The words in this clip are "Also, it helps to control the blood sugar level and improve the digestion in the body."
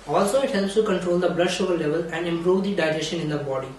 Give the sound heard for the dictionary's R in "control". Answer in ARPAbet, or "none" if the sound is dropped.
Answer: R